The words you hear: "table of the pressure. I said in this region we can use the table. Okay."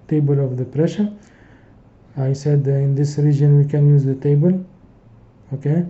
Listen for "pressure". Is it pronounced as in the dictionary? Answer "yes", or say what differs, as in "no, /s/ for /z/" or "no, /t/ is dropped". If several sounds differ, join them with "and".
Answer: yes